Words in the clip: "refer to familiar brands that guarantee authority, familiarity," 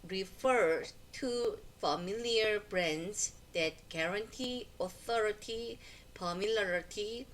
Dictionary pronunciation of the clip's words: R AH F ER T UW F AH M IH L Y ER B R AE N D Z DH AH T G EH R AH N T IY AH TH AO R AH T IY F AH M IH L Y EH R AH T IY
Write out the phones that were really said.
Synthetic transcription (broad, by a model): R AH F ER T UW F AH M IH L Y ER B R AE N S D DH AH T G EH R AH N T IY AH TH AO R AH T IY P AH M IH L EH R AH T IY